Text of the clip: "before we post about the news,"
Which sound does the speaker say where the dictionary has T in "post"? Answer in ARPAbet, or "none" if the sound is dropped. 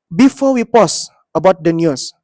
none